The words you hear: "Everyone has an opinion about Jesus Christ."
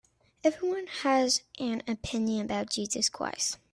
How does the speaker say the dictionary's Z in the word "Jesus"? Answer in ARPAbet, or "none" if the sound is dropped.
Z